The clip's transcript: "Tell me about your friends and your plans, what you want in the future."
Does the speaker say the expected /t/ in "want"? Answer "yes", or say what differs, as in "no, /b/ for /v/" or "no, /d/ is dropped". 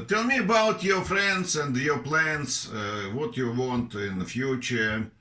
yes